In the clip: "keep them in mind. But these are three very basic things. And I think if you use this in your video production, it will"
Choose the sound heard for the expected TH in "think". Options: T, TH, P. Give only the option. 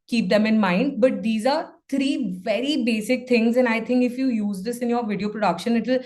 T